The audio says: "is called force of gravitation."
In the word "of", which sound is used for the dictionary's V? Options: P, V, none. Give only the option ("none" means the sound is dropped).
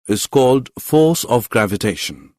V